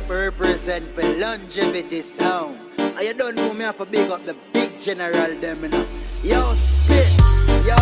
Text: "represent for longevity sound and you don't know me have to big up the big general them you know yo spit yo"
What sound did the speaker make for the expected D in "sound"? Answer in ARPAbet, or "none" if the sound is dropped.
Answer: none